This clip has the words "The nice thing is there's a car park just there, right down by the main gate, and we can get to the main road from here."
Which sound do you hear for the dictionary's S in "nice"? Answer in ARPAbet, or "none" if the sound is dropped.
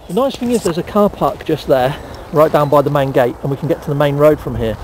S